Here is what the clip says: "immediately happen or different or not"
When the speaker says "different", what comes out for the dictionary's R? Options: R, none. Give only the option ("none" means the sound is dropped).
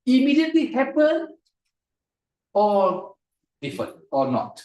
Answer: none